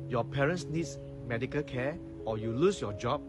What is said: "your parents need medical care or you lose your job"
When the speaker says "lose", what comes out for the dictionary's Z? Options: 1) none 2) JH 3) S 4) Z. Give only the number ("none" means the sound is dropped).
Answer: 3